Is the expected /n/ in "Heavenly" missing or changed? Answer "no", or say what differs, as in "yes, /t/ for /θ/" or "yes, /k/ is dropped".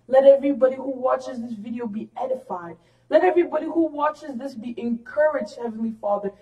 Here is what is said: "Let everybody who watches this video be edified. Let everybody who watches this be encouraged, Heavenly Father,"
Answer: no